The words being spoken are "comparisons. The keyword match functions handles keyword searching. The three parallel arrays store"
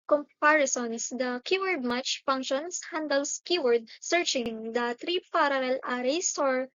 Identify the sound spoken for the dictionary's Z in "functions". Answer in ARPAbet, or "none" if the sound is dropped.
S